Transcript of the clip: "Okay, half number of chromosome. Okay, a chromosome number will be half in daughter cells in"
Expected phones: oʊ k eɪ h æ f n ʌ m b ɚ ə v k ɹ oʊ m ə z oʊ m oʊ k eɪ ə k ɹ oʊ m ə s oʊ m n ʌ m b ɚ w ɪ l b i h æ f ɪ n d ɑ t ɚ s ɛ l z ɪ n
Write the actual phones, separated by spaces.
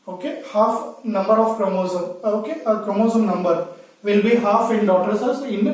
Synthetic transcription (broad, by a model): oʊ k eɪ h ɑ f n ʌ m b ɚ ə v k ɹ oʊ m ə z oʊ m oʊ k eɪ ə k ɹ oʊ m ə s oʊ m n ʌ m b ɚ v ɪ l b i h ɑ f ɪ n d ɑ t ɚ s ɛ z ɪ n